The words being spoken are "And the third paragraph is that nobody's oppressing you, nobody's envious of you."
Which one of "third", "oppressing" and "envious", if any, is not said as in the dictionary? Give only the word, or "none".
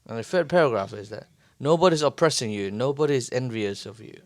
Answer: third